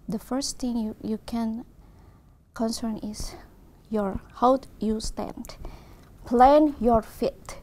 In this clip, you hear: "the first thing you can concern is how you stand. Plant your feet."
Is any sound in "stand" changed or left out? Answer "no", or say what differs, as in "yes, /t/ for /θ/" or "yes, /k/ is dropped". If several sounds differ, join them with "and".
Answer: no